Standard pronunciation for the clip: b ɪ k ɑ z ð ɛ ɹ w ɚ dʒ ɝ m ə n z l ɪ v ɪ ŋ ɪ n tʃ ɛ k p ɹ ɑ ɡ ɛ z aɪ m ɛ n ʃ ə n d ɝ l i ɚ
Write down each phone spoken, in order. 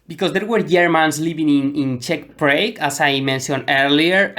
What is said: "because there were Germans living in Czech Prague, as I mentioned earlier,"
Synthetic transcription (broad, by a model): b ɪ k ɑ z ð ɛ ɹ w ɚ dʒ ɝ m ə n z l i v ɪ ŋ ɪ n tʃ ɛ k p ɹ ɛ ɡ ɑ s aɪ m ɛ n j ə n ɝ l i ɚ